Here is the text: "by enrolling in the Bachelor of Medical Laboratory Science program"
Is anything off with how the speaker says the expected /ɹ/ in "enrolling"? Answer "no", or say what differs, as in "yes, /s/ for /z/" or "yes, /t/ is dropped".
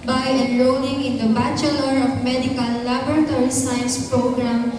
yes, /l/ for /ɹ/